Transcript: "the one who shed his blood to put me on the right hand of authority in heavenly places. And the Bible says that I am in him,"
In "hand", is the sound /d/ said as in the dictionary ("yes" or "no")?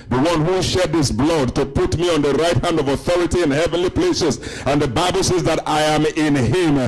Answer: yes